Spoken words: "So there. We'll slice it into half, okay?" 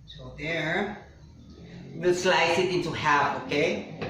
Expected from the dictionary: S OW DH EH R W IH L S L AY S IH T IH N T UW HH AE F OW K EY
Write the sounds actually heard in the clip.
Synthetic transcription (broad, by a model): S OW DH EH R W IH S L AY S IH T IH N T UW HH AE OW K EY